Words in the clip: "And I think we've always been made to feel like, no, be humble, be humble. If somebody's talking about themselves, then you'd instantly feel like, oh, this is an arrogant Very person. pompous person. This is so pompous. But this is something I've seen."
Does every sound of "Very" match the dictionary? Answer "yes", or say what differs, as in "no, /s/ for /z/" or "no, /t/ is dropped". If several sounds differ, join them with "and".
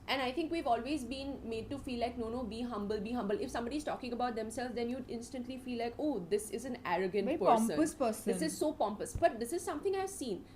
no, /ɹ/ is dropped